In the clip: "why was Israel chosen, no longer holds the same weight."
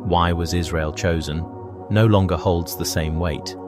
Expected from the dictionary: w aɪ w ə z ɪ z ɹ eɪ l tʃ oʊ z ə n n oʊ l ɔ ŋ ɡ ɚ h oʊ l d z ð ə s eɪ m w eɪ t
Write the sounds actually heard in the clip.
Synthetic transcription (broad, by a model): w aɪ w ə z ɪ z ɹ eɪ l tʃ oʊ z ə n n oʊ l ɔ ŋ ɡ ɚ h oʊ l d z ð ə s eɪ m w eɪ t